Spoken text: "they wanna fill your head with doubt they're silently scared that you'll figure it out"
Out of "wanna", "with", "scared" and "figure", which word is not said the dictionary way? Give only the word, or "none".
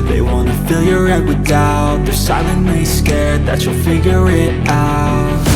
none